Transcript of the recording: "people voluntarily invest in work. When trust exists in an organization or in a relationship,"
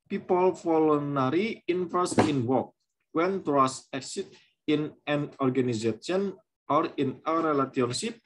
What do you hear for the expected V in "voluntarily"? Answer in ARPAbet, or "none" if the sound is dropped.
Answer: F